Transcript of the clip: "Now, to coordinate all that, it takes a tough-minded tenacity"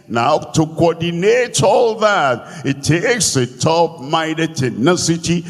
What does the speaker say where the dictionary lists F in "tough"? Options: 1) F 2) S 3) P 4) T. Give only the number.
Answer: 3